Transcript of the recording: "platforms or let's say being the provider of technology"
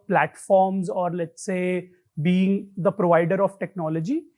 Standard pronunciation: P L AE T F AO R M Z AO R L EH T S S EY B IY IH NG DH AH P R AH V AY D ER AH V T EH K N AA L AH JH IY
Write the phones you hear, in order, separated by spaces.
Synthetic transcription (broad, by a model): P L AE T F AO R M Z AO R L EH T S S EY B IY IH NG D AH P R AH V AY D ER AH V T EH K N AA L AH JH IY